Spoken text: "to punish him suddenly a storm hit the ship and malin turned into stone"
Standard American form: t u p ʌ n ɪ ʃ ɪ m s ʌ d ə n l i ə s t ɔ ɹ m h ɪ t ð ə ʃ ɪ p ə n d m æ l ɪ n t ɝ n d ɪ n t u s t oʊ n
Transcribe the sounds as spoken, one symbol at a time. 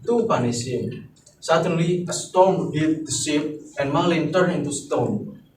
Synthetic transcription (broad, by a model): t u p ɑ n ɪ s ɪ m s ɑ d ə n l i ə s t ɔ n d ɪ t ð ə s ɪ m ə n m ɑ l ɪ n t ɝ n ɪ n t u s t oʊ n